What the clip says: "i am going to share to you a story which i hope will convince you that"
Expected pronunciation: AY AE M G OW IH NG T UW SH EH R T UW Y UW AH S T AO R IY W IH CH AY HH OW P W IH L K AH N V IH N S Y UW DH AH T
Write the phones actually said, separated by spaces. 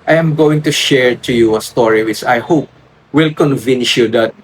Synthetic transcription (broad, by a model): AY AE M G OW IH NG T UW SH EH R T UW Y UW AH S T AO R IY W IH S AY HH OW P W IH L K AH N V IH N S Y UW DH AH T